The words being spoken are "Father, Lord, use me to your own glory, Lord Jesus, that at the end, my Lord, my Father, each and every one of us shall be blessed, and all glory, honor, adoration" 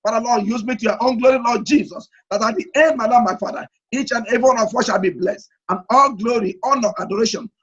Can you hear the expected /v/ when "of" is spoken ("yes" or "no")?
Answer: no